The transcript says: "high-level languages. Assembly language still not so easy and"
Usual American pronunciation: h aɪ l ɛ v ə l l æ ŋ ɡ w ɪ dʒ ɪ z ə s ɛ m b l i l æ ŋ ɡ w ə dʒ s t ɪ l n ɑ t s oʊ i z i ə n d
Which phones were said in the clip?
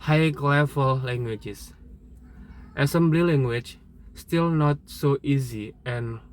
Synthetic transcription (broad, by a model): h aɪ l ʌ f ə l l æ ŋ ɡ w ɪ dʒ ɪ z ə s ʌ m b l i l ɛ ŋ ɡ w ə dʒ s t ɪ l n ɑ t s oʊ i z i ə n